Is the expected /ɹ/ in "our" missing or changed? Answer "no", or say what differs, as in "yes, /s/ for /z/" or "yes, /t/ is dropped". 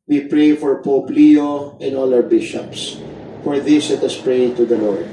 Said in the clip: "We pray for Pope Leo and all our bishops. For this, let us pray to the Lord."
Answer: yes, /w/ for /ɹ/